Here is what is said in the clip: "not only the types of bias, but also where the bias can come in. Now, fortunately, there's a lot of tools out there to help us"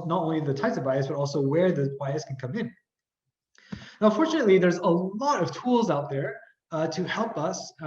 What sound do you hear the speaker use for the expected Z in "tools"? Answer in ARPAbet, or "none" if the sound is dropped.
Z